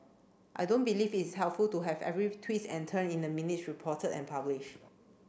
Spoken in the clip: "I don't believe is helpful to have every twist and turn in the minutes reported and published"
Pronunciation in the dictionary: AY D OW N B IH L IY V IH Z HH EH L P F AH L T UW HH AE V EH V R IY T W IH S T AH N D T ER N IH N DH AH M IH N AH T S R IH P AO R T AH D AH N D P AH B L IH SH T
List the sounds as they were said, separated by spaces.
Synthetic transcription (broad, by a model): AY D OW N B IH L IY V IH S HH EH L P F AH L T UW HH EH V EH V R IY T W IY T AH N T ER N IH N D AH M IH N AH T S R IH P AO T AH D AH N P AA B L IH SH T